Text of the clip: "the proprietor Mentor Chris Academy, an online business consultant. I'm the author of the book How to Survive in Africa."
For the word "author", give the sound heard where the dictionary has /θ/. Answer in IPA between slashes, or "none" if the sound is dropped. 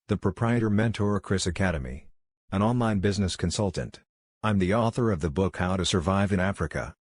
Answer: /θ/